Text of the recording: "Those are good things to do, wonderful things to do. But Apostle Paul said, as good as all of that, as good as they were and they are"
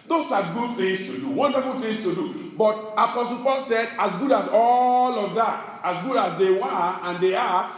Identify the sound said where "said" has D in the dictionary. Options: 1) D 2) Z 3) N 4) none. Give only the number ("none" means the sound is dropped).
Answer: 1